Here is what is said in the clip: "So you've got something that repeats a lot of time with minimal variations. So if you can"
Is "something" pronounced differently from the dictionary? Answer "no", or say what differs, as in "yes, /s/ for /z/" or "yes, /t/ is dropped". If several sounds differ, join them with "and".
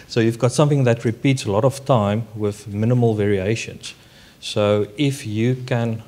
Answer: no